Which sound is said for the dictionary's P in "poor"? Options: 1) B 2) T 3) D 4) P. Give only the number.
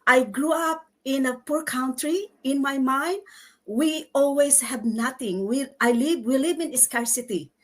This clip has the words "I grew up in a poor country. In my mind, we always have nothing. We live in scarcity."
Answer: 4